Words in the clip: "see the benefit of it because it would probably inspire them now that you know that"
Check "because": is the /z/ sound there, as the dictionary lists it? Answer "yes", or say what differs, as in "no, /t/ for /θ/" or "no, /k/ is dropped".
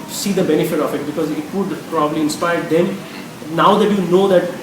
yes